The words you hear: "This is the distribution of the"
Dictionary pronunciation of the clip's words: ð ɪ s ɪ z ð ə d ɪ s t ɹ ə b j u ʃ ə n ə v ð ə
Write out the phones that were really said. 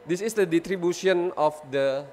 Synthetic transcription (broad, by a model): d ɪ s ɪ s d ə d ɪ t ɹ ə b j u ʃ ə n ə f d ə